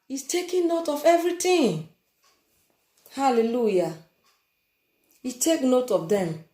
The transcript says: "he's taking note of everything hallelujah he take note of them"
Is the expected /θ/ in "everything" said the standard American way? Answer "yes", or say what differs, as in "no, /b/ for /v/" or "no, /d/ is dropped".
no, /t/ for /θ/